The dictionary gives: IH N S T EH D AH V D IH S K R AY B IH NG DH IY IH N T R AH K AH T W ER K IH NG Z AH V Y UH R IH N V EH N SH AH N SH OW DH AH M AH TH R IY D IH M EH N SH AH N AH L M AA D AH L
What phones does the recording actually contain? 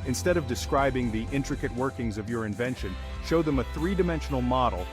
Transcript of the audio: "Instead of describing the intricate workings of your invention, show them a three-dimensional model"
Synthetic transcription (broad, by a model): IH N S T EH D AH V D IH S K R AY B IH NG DH IY IH N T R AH K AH T W ER K IH NG Z AH V Y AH R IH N V EH N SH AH N SH OW DH AH M AH TH R IY D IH M EH N SH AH N L M AA D L